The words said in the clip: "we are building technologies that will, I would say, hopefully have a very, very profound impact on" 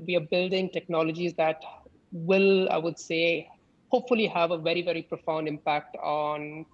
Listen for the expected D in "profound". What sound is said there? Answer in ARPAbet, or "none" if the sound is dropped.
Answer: D